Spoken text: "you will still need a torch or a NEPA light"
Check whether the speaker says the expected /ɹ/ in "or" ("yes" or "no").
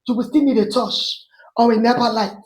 no